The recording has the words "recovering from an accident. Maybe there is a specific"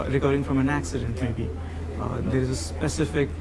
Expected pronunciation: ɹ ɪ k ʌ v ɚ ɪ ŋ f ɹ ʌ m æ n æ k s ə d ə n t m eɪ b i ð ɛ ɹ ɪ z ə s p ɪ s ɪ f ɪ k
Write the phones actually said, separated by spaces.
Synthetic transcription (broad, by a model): ɹ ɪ k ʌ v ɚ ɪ ŋ f ɹ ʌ m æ n æ k s ə d ə n t m eɪ b i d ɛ ɹ ɪ z ə s p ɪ s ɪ f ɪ k